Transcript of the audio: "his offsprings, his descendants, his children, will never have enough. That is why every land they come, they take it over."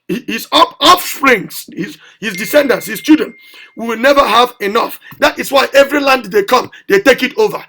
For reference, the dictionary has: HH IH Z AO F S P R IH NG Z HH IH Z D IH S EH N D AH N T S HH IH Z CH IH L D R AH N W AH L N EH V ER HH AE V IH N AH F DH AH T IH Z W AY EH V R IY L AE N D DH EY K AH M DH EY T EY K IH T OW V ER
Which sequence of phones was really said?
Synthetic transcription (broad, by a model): HH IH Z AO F S P R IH NG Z HH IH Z D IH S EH N D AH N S HH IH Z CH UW D AH N W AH W N EH V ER HH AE V IH N AH F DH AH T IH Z W AY EH V R IY L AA N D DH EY K AH M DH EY T EY K IH T OW V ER